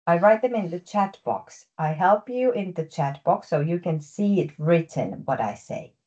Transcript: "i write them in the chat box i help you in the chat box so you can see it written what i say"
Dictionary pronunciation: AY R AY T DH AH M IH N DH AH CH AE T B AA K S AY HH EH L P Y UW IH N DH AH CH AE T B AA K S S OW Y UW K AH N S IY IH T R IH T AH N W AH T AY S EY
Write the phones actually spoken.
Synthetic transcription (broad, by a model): AY R AY T DH AH M IH N DH AH CH AE T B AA K S AY HH EH L P Y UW IH N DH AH CH AE T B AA K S S OW Y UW K AH N S IY IH T R IH T AH N W AH T AY S EY